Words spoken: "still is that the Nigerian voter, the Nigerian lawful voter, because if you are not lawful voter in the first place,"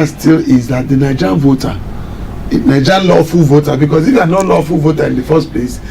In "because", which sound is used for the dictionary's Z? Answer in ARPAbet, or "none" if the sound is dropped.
S